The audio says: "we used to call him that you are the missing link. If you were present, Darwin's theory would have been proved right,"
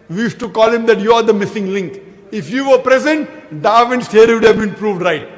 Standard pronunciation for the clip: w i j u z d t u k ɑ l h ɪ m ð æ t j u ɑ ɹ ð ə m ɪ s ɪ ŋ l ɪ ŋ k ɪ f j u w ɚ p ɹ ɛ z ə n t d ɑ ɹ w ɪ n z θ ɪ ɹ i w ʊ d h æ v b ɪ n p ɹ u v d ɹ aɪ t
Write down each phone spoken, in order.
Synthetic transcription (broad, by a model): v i j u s t u k ɑ l h ɪ m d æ t j u ɑ ɹ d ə m ɪ s ɪ ŋ l ɪ ŋ k ɪ f j u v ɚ p ɹ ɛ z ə n t d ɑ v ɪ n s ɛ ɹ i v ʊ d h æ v b ɪ n p ɹ u v d ɹ aɪ t